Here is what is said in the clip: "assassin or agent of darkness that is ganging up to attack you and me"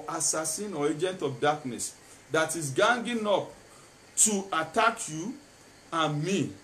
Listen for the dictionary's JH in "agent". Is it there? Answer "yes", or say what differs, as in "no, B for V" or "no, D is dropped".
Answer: yes